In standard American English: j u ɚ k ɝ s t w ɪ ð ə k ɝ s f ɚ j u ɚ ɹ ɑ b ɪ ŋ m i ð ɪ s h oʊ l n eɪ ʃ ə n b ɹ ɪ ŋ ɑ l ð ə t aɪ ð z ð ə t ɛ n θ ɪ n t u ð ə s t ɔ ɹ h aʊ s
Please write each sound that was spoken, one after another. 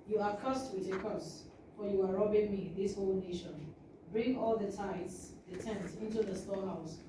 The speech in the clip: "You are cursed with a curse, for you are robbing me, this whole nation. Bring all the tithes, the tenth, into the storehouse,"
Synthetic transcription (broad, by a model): j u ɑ k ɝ s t w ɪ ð ə k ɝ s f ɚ j u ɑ ɹ ɑ b ɪ ŋ m i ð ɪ s h oʊ l n eɪ ʃ ə n b ɹ ɪ ŋ ɑ l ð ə t aɪ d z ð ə t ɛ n s ɪ n t u ð ə s t ɔ h aʊ s